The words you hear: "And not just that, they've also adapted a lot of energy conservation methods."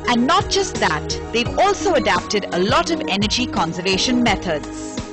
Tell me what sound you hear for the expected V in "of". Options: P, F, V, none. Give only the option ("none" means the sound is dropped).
V